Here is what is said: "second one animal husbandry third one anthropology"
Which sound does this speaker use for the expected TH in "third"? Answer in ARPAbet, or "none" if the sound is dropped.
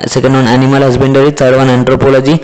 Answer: S